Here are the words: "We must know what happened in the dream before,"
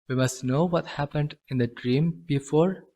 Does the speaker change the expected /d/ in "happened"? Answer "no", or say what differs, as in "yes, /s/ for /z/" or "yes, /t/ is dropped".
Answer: no